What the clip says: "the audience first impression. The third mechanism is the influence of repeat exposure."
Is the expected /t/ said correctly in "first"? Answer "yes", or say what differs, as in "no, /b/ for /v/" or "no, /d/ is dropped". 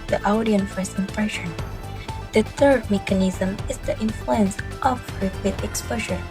no, /t/ is dropped